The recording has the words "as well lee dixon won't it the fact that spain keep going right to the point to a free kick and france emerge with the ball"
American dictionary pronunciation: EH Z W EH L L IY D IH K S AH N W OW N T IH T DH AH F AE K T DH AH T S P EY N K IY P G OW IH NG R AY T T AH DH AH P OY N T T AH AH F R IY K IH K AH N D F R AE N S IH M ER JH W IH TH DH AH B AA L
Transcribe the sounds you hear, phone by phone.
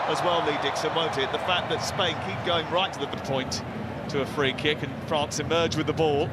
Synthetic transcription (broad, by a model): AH Z W EH L L IY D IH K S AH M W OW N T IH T DH AH F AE K DH AH T S P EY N K IY P G OW IH NG R AY T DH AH DH AH P OY N T T AH AH F R IY K IH K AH N F R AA N S IH M ER JH W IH DH AH B AA L